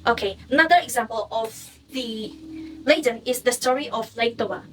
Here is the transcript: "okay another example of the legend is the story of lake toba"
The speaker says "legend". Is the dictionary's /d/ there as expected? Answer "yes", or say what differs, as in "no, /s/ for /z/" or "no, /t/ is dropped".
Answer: no, /d/ is dropped